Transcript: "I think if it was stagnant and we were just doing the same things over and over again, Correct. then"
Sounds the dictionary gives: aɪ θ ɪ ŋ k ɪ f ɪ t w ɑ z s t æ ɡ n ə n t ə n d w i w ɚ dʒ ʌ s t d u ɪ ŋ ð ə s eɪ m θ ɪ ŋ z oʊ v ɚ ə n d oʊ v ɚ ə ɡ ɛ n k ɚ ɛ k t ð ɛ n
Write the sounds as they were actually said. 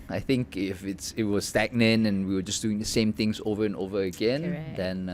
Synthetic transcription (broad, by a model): aɪ θ ɪ ŋ k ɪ f ɪ t w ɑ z s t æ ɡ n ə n ə n w i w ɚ dʒ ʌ s d u ɪ ŋ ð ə s eɪ m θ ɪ ŋ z oʊ v ɚ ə n oʊ v ɚ ə ɡ ɛ n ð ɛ n